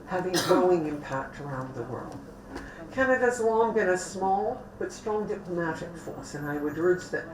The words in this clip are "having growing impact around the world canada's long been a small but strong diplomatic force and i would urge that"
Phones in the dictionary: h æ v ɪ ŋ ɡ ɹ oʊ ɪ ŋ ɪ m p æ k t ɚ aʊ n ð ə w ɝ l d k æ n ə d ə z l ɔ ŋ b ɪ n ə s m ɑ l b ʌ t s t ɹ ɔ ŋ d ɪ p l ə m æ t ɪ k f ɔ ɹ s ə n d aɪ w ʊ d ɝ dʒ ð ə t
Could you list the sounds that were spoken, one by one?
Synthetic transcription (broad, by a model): h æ v ɪ ŋ ɡ ɹ oʊ ɪ ŋ ɪ m p æ k t ɚ aʊ n ð ə w ɝ l d k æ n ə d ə z l ɔ ŋ b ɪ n ə s m ɑ l b ʌ t s t ɹ ɔ ŋ d ɪ p l ə m æ t ɪ k f ɔ ɹ s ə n aɪ w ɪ d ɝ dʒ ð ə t